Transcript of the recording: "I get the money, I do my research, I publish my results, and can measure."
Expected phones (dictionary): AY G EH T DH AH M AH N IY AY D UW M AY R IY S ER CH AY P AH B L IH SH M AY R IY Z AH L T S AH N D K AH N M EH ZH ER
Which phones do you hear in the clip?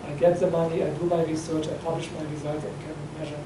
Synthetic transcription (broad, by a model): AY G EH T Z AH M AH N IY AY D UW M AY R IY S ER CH AY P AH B L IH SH M AY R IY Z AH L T AH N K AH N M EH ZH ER